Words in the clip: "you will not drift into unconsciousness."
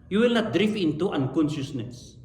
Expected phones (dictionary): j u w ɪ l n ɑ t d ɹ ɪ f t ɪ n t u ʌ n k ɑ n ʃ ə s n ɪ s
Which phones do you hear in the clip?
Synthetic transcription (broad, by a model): j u w ɪ l n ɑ t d ɹ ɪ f ɪ n t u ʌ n k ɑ n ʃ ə s n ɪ s